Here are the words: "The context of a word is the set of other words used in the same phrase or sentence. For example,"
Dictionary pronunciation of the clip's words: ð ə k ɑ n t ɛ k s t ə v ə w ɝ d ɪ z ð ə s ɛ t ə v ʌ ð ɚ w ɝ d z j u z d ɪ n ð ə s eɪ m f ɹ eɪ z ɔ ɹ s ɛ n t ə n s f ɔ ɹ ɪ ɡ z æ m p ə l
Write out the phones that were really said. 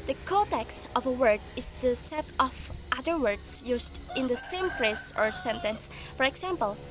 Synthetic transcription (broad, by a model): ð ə k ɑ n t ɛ k s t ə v ə w ɝ d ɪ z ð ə s ɛ t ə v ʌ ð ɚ w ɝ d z j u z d ɪ n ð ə s eɪ m p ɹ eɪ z ɔ ɹ s ɛ n t ə n s f ɔ ɹ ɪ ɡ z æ m p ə l